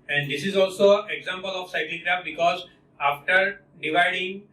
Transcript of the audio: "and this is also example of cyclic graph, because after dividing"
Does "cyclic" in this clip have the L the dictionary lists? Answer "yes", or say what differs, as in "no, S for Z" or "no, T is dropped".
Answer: no, L is dropped